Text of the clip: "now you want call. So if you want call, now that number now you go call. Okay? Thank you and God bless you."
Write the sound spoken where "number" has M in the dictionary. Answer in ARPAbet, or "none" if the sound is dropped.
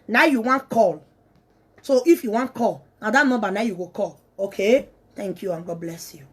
none